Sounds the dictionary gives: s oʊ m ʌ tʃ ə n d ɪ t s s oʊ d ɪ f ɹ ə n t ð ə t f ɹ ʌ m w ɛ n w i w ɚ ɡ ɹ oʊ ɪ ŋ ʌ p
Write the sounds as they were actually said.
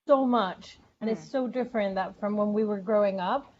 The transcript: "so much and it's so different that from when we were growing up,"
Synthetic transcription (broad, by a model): s oʊ m ʌ tʃ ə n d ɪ t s s oʊ d ɪ f ɹ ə n ð ə t f ɹ ʌ m w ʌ n w i w ɚ ɡ ɹ oʊ ɪ ŋ ʌ p